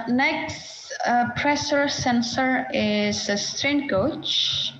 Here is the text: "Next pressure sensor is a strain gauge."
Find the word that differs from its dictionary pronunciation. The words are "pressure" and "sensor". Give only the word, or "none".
pressure